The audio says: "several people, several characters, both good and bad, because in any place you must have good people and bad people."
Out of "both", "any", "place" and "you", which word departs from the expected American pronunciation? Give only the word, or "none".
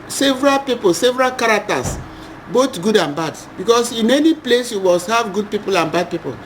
both